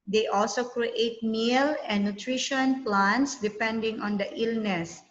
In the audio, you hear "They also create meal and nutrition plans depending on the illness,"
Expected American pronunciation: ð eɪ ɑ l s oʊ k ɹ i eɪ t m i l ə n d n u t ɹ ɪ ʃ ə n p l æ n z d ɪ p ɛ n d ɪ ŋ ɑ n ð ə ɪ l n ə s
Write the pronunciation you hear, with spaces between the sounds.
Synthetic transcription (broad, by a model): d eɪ ɑ l s oʊ k ɹ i eɪ t m i l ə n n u t ɹ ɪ ʃ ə n p l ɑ n s d ɪ p ɛ n d ɪ ŋ ɑ n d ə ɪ l n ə s